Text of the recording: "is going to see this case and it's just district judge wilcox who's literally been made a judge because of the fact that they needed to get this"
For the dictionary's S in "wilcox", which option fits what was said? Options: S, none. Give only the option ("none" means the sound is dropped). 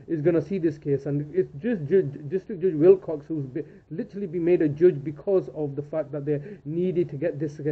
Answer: S